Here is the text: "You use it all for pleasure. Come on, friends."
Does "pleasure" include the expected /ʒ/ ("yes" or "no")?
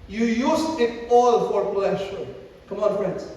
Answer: no